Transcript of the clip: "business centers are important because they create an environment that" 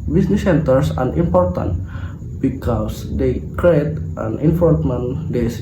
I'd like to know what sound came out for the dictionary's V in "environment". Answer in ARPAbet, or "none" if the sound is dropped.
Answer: F